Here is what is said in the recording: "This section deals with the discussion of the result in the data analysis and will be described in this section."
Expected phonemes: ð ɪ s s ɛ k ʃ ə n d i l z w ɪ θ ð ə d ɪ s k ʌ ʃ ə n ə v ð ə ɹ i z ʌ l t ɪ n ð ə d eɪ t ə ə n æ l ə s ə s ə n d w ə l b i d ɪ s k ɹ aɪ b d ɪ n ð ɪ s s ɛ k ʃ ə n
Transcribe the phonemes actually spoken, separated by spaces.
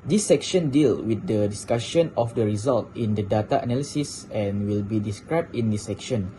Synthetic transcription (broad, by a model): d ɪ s s ɛ k ʃ ə n d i l w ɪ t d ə d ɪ s k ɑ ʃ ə n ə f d ə ɹ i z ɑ l t ɪ n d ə d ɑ t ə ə n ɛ l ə s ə s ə n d w ə l b i d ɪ s k ɹ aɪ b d ɪ n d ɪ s s ɛ k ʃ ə n